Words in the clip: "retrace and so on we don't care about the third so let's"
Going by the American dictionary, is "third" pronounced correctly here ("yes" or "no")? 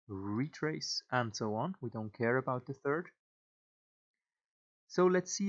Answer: yes